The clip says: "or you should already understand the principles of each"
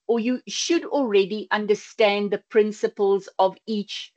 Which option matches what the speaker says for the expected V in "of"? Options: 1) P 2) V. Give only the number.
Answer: 2